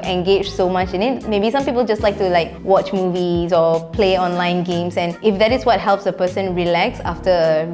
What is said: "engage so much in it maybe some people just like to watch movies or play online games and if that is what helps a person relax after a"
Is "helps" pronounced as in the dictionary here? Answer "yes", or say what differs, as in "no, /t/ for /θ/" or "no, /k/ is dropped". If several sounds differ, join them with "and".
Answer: yes